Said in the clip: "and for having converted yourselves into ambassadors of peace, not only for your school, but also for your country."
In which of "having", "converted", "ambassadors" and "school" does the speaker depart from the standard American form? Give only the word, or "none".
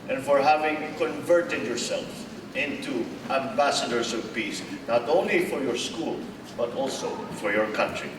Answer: ambassadors